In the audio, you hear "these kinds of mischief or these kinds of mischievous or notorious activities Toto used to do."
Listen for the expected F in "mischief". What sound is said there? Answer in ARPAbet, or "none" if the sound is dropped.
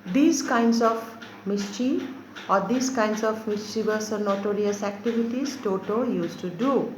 none